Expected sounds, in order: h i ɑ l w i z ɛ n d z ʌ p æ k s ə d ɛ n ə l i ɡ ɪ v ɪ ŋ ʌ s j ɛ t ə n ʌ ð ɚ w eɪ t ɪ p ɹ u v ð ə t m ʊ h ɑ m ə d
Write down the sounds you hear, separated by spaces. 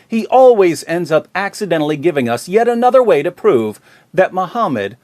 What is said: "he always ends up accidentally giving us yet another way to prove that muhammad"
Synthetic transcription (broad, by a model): h i ɑ l w i z ɛ n d z ʌ p æ k s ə d ɛ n l i ɡ ɪ v ɪ ŋ ʌ s j ɛ t ə n ʌ ð ɚ w eɪ t ɪ p ɹ u v ð ə t m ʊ h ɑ m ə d